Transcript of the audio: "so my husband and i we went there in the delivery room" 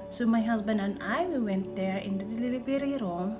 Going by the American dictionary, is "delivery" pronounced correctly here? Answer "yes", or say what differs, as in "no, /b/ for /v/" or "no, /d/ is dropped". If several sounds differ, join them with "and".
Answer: no, /b/ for /v/